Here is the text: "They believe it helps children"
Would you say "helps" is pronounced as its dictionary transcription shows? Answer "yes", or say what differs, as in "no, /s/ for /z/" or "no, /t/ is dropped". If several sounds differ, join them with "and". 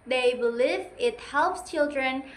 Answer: yes